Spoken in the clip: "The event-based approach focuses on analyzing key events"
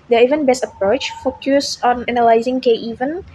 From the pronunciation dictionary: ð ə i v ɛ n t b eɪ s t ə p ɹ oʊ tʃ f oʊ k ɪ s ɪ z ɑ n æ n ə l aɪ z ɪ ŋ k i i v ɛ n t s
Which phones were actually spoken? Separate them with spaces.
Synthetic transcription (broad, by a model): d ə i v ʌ n b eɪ s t ə p ɹ oʊ tʃ f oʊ k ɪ s ɑ n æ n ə l aɪ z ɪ ŋ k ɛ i v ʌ n